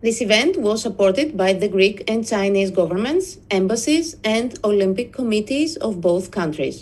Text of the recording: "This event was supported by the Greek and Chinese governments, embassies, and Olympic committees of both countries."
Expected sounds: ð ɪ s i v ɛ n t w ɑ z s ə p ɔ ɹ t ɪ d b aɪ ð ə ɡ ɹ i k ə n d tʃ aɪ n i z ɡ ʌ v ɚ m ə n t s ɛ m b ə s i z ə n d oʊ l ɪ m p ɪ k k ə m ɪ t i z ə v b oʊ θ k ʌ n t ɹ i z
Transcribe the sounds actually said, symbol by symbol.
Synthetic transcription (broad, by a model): ð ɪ s i v ɛ n t w ɑ z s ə p ɔ ɹ t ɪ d b aɪ ð ə ɡ ɹ i k ə n d tʃ aɪ n i z ɡ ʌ v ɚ m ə n t s ɛ m b ə s i z ə n d oʊ l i m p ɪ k k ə m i t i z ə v b oʊ θ k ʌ n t ɹ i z